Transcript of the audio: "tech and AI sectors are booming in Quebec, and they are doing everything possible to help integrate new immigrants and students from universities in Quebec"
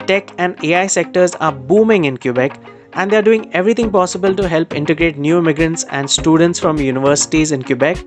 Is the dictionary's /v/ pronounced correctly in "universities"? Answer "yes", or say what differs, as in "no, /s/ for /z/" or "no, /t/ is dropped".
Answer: yes